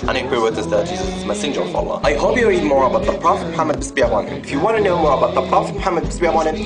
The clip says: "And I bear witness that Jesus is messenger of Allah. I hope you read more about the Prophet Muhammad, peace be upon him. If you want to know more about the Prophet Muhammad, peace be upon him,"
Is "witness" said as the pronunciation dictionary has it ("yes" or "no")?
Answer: no